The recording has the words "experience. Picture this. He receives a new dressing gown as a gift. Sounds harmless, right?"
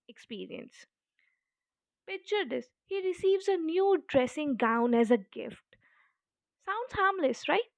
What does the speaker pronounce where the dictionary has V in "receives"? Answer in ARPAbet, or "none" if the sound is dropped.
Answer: V